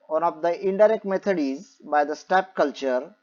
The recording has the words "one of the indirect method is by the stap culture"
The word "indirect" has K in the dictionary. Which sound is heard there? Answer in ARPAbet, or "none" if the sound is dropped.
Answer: K